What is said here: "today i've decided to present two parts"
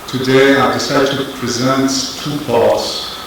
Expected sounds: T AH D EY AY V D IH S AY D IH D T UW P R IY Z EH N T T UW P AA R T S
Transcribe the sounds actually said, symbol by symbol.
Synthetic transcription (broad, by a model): T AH D EY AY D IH S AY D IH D T UW P R IY Z EH N T T UW P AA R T S